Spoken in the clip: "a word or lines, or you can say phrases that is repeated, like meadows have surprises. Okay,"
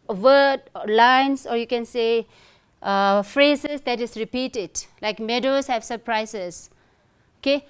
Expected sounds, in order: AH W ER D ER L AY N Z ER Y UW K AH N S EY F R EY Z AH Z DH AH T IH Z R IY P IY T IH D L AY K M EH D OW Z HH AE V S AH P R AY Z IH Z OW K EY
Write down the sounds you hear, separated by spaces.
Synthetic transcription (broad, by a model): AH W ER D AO L AY N S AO Y UW K AH N S EY F R EY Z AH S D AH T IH S R IY P IY T IH D L AY K M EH D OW S HH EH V S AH P R AY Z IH S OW K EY